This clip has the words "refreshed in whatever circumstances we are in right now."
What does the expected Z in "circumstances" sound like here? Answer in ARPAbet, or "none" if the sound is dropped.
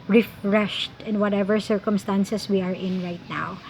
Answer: S